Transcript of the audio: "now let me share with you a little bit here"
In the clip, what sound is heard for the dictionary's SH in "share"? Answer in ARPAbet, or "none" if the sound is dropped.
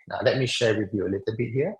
SH